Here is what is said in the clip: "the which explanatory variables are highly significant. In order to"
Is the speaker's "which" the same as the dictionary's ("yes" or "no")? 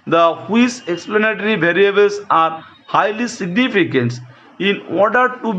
no